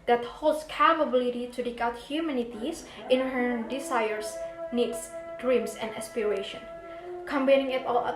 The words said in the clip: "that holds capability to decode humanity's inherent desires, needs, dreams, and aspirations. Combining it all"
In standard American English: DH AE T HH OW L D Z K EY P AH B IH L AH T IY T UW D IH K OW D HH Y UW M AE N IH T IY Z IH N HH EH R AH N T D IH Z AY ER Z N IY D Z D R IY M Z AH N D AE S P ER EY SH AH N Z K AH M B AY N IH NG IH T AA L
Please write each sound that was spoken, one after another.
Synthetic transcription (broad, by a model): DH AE T HH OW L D S K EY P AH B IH L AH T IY T UW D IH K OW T HH Y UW M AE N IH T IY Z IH N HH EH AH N D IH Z AY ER S N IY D S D R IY M S AH N D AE S P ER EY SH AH N K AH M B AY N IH NG IH T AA L